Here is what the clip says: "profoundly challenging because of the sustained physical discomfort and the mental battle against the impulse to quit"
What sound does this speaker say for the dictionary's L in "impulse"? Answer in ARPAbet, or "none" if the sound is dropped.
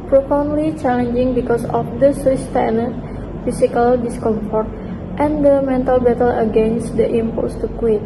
none